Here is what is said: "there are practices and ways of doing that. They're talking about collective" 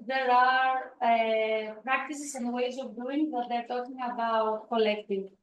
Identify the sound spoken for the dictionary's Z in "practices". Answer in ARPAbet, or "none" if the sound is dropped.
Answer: S